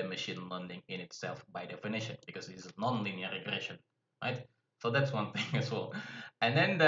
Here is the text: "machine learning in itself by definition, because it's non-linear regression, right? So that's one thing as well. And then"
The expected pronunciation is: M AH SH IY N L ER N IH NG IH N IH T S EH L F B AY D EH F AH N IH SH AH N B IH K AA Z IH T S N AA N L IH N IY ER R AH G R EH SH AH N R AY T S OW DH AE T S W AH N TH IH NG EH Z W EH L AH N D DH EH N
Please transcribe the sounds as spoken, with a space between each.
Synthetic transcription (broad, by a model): M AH SH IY N L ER N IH NG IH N IH T S EH L F B AY D EH F AH N IH SH AH N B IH K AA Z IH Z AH N AA N L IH N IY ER R AH G R EH SH AH N R AY T S OW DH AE T S W AH N TH IH NG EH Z W EH L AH N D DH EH N